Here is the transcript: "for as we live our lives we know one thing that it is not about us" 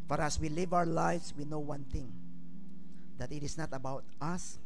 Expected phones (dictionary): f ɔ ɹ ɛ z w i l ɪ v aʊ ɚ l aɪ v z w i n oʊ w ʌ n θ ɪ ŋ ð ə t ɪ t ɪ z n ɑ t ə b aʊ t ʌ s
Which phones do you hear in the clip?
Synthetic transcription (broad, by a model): f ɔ ɹ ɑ s w i l ɪ v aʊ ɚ l aɪ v s w i n oʊ w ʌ n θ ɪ ŋ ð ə t ɪ t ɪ s n ɑ t ə b aʊ t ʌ s